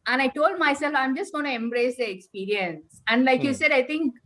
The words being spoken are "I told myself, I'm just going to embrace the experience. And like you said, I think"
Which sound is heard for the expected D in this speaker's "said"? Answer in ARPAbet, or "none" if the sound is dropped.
D